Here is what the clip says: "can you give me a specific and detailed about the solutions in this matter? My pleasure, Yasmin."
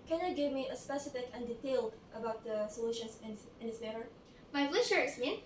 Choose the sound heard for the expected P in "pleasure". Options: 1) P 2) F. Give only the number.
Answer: 2